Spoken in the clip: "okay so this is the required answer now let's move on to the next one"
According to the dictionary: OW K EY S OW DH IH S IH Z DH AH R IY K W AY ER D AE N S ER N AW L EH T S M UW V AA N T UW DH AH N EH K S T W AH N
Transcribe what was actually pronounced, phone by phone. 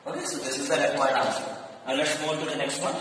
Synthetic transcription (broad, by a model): OW K EY S OW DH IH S IH Z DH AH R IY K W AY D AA S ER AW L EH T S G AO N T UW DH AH N EH K S T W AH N